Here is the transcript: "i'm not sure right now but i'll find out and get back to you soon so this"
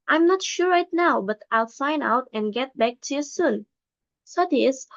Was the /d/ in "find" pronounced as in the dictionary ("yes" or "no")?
no